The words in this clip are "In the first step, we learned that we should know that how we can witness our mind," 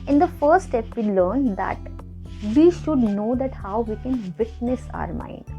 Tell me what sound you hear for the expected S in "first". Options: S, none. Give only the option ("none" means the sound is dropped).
none